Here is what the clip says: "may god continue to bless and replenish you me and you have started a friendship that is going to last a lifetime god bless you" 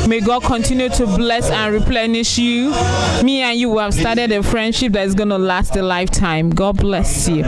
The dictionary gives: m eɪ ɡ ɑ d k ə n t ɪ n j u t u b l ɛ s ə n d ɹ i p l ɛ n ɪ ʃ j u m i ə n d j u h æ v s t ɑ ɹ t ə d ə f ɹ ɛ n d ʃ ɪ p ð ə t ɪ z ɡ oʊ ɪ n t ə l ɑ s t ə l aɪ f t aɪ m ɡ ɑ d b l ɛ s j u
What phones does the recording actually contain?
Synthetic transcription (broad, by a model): m eɪ ɡ ɑ d k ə n t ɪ n j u t u b l ɛ s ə n ɹ i p l ɛ n ɪ ʃ j u m i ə n j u h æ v s t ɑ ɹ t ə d ə f ɹ ɛ n d ʃ ɪ p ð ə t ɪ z ɡ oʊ n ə l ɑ s t ə l aɪ f t aɪ m ɡ ɑ d b l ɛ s j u